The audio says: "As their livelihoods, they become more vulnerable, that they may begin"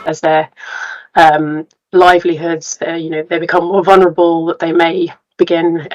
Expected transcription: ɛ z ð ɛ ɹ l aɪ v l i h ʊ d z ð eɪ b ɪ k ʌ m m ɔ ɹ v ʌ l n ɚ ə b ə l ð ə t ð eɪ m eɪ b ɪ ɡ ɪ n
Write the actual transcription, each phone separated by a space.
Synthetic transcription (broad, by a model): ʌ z ð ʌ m l aɪ v l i h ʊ d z ð eɪ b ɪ k ʌ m m ɔ v ʌ l n ɚ ə b ə l ð ə t ð eɪ m eɪ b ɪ ɡ ɪ n